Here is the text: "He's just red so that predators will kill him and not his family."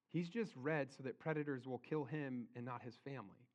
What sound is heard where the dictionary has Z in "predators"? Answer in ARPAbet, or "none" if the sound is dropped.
Z